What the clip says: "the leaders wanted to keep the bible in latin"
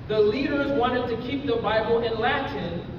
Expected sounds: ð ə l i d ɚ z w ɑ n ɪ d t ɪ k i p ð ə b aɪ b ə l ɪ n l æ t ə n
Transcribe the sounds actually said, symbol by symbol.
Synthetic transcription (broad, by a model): ð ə l i d ɚ z w ɑ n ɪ d t ɪ k i p ð ə b aɪ b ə l ɪ n l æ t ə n